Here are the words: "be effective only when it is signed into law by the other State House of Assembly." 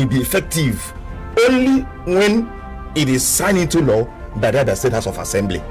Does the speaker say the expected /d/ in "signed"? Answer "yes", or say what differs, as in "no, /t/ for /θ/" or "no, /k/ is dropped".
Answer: no, /d/ is dropped